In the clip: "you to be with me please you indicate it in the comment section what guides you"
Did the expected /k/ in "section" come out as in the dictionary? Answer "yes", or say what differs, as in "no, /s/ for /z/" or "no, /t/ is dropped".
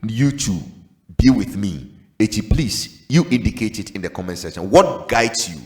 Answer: no, /k/ is dropped